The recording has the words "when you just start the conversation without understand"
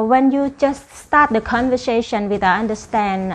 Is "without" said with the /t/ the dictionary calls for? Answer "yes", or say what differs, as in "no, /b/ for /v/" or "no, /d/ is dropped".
no, /t/ is dropped